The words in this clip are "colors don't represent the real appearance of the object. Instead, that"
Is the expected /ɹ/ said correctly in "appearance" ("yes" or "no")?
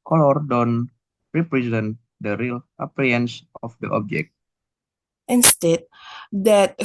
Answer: no